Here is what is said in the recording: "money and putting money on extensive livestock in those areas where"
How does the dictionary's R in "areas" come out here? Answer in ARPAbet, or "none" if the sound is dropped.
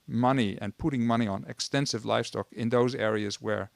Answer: R